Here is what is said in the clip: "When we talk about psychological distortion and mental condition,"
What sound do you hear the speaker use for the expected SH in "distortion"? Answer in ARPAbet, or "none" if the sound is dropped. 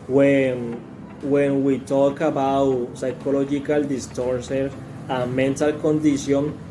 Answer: S